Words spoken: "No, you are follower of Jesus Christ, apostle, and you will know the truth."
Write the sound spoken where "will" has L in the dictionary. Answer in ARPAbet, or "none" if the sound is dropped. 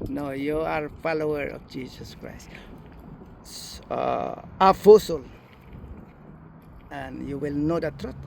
L